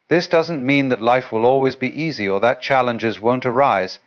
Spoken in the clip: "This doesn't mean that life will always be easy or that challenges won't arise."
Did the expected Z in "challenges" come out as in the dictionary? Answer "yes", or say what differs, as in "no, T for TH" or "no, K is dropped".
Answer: yes